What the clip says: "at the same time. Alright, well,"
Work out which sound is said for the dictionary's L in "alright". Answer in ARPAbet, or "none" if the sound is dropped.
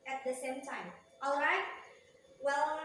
L